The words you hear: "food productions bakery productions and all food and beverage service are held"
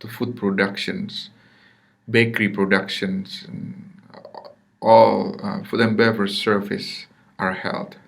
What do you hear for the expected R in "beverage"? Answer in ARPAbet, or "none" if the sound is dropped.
none